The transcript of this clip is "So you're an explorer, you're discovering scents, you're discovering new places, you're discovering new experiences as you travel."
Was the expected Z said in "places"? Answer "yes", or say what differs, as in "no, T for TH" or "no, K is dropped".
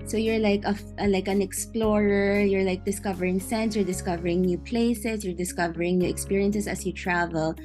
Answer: no, S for Z